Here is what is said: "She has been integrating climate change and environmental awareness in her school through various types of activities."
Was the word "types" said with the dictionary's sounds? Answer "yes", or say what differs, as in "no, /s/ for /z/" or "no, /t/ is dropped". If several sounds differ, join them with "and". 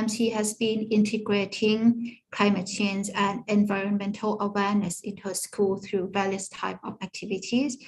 no, /s/ is dropped